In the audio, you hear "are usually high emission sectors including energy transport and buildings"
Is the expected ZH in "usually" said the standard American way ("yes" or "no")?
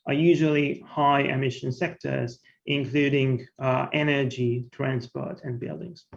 yes